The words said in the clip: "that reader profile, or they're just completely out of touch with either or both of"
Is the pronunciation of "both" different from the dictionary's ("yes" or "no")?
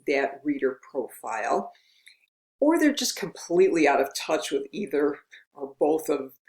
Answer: no